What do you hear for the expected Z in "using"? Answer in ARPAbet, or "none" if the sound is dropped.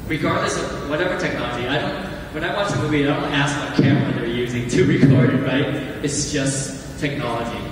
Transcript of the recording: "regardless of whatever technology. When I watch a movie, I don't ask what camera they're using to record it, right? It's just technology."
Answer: Z